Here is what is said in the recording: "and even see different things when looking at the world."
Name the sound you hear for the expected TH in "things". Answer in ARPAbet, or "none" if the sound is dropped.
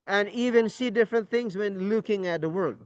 TH